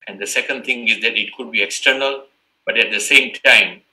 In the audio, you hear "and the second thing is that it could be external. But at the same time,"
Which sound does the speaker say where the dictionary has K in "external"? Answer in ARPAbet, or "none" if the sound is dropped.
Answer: K